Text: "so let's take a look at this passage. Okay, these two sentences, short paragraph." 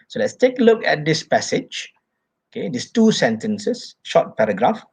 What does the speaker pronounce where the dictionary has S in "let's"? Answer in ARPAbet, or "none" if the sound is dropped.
S